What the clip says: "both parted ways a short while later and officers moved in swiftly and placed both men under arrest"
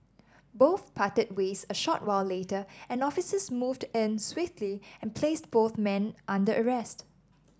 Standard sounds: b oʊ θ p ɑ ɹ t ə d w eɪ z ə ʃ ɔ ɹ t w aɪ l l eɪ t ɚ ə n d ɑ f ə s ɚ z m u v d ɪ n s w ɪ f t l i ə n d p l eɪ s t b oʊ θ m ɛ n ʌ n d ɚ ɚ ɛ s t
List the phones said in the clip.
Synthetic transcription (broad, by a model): b oʊ θ p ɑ t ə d w eɪ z ə ʃ ɔ t w aɪ l l eɪ t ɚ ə n ɑ f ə s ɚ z m u v d ɪ n s w ɪ f t l i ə n p l eɪ s t b oʊ θ m ɛ n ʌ n d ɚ ɚ ɛ s t